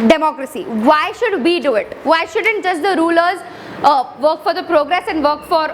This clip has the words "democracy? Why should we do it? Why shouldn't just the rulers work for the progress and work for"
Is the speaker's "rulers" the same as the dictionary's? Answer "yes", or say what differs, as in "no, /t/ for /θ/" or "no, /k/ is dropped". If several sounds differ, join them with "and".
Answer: yes